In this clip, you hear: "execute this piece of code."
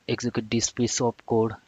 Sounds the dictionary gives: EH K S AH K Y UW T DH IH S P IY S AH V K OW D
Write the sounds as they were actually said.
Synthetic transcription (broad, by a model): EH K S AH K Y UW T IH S P IY S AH P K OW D